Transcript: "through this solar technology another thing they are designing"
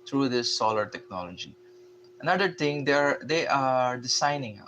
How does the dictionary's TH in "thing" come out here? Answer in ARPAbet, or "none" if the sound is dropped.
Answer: T